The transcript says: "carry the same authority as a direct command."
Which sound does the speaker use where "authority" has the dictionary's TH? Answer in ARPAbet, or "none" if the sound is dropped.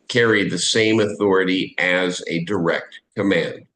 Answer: TH